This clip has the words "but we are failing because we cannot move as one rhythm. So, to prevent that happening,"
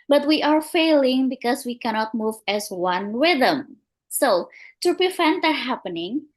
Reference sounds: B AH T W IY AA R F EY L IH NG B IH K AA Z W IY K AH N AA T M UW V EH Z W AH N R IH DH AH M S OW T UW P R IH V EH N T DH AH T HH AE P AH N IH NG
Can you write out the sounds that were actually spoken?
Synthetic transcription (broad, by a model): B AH T W IY AA R F EY L IH NG B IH K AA S W IY K AH N AA T M UW V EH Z W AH N W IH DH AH M S OW T UW P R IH F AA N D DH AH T HH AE P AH N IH NG